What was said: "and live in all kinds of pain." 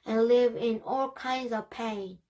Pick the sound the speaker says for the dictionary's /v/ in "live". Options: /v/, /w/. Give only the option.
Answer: /v/